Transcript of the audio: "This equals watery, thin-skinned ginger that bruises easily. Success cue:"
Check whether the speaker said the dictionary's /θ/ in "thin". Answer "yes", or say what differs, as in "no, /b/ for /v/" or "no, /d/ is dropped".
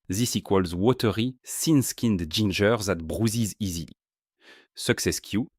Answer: no, /s/ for /θ/